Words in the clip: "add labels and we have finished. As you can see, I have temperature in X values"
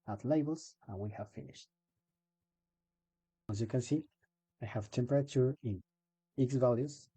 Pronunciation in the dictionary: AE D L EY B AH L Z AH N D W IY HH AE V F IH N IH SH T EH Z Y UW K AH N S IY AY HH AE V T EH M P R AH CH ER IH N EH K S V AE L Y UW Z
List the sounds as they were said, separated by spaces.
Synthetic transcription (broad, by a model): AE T L EY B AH L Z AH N W IY HH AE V F IH N IH SH T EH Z Y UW K AH N S IY AY HH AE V T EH M P R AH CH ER IH N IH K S V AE L Y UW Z